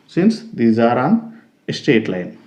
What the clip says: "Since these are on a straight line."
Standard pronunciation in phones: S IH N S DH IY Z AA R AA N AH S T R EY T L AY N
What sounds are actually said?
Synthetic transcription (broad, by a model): S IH N S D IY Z AA R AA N AH S T EY T L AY N